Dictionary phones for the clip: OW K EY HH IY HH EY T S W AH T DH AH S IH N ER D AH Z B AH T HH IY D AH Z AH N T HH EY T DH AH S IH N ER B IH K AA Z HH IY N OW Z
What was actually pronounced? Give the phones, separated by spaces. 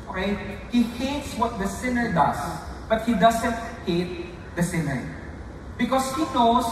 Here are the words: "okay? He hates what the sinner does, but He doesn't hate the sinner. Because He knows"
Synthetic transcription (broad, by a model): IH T HH IY HH EY T S W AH T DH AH S IH N ER D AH S B AH T HH IY D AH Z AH N T HH EY T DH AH S IH N ER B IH K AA S HH IY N OW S